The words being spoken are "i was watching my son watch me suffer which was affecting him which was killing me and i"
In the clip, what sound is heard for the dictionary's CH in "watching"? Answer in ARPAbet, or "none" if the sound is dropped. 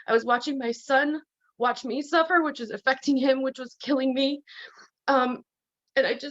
CH